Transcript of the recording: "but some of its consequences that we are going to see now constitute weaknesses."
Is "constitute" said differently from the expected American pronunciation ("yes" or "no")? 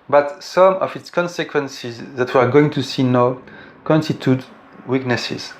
no